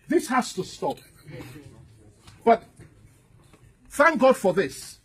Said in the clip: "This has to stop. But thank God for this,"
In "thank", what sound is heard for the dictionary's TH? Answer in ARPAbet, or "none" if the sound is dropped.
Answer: TH